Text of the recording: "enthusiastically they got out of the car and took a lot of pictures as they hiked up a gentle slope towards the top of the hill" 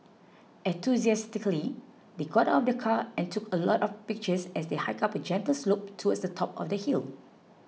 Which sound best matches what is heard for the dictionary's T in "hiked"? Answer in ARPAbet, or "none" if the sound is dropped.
none